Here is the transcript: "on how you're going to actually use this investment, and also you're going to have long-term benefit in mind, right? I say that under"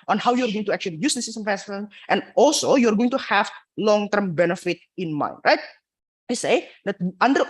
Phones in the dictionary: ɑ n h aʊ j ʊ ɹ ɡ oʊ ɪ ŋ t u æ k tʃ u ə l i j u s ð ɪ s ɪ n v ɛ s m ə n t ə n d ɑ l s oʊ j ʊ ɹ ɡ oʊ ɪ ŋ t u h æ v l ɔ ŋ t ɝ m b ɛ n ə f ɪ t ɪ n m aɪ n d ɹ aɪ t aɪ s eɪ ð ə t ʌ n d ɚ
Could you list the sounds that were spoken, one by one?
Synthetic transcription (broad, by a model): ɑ n h aʊ j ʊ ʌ ɡ oʊ ɪ ŋ t u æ k tʃ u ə l i j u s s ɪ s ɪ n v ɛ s ə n t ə n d ɑ l s oʊ j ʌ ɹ ɡ oʊ ɪ ŋ t u h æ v l ɔ ŋ t ɝ m b ɛ n ə f ɪ t ɪ n m aɪ n d ɹ aɪ t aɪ s eɪ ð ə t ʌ n d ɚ